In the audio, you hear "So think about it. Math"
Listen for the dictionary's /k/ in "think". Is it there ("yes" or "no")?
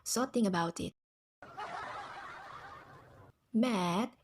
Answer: no